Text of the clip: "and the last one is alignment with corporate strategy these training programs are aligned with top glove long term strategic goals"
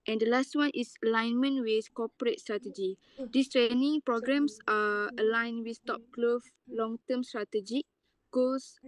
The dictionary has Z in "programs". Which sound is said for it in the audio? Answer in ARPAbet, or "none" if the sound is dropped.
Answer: S